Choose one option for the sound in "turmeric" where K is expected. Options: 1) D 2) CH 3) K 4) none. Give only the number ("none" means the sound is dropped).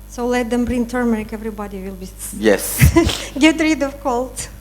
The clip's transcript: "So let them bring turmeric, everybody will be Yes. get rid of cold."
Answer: 3